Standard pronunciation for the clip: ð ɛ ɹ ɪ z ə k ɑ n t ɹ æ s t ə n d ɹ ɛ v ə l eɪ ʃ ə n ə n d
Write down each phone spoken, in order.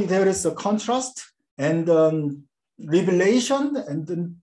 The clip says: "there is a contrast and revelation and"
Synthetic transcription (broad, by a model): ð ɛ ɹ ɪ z ə k ɑ n t ɹ æ s t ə n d ɹ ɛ b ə l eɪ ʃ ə n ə n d